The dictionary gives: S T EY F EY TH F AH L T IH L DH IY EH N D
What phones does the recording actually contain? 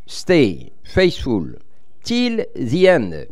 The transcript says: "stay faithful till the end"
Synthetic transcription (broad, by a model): S T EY F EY S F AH L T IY L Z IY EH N